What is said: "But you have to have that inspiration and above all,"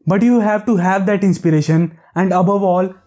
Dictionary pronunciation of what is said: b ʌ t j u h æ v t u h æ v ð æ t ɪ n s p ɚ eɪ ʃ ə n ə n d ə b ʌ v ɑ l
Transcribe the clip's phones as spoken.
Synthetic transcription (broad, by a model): b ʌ t j u h æ v t u h æ v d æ t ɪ n s p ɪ eɪ ʃ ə n ə n d ə b ʌ v ɑ l